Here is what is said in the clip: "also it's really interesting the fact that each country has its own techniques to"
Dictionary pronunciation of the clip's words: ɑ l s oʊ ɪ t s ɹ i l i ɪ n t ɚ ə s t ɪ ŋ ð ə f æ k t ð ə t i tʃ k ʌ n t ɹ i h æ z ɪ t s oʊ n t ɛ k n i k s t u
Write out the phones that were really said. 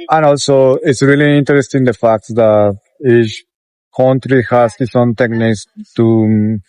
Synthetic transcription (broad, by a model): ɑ l s oʊ ɪ t s ɹ i l i ɪ n t ɚ ə s t ɪ ŋ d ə f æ k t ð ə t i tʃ k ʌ n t ɹ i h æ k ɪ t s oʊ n t ɛ k n i k s t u